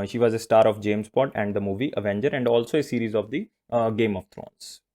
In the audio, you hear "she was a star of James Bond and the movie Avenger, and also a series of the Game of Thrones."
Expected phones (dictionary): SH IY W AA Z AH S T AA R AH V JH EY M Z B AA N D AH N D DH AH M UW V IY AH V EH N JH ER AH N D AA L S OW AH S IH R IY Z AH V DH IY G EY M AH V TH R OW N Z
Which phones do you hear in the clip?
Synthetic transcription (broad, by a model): SH IY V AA Z AH S T AA R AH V JH EY M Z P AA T AH N D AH M UW V IY AH V EH N JH ER AH N D AA L S OW AH S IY R IY Z AH V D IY G EY M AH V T R OW N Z